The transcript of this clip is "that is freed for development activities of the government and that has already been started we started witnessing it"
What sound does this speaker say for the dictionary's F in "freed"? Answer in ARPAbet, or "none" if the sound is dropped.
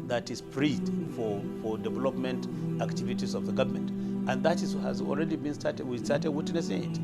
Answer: P